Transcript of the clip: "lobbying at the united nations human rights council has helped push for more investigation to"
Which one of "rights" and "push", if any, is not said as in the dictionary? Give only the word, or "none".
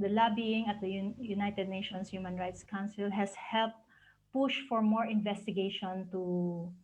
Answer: none